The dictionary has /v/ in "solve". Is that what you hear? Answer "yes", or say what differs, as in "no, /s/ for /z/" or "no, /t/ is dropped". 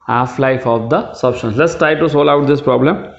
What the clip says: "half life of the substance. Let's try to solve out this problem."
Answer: no, /v/ is dropped